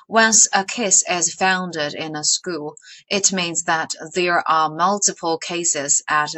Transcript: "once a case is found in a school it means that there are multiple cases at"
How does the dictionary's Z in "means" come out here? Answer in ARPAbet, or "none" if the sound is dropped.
Z